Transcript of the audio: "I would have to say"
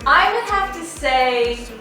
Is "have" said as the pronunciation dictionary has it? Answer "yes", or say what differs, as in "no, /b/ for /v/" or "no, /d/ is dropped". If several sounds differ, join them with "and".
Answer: no, /f/ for /v/